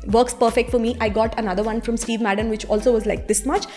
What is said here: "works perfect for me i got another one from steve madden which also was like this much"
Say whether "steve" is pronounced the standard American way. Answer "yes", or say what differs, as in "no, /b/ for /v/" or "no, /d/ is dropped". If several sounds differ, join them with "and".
yes